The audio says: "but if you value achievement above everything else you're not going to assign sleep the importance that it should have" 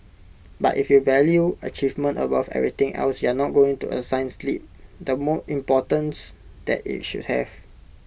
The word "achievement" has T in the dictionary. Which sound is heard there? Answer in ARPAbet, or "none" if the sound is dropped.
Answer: T